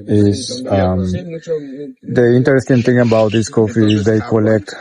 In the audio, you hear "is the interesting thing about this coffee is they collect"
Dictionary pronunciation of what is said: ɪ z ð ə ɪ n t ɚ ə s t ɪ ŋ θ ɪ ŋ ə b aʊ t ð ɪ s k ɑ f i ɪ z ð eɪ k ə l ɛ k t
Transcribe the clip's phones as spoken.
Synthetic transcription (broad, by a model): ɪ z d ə ɪ n t ɚ ə s t ɪ ŋ t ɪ ŋ ə b aʊ t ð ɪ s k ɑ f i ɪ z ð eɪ k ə l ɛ k t